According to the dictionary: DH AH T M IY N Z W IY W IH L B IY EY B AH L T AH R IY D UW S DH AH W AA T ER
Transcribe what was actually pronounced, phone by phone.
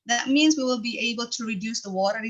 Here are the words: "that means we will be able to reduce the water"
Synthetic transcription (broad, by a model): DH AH T M IY N Z W IY W IH L B IY EY B AH L T AH R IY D UW S DH AH W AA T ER